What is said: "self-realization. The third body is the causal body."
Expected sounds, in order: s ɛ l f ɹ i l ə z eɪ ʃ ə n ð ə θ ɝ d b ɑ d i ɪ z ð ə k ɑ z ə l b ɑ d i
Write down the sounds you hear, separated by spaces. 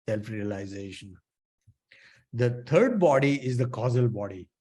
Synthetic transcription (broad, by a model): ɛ l f ɹ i l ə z eɪ ʃ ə n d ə t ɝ d b ɑ d i ɪ z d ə k ɑ z ə l b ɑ d i